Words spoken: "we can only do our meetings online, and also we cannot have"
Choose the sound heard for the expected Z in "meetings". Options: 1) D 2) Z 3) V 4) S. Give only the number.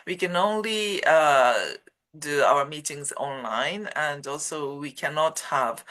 2